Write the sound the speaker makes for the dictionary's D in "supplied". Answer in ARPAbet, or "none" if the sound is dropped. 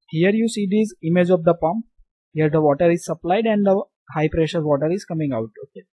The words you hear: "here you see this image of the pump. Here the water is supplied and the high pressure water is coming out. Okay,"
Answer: D